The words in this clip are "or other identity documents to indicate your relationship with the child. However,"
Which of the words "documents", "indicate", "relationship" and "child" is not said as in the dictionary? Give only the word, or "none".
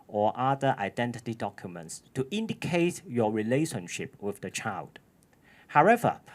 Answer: none